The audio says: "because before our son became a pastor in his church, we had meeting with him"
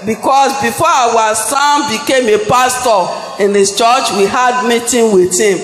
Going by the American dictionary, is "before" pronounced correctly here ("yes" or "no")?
no